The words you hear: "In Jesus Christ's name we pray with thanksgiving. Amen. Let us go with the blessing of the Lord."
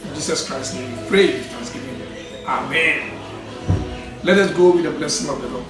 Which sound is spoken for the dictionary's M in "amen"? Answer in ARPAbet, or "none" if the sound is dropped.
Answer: M